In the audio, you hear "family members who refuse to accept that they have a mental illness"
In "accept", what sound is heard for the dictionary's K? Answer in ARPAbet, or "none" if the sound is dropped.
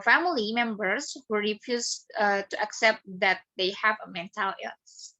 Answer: K